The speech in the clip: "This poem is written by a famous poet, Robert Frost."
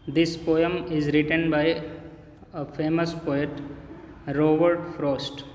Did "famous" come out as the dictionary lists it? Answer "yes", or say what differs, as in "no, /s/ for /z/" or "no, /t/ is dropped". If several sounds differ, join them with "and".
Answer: yes